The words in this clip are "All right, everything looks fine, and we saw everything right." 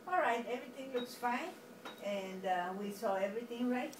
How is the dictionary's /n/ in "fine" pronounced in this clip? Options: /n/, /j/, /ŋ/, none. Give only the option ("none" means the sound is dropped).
/n/